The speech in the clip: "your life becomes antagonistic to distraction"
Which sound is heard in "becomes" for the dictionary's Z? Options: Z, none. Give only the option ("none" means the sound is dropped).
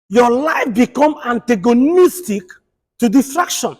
none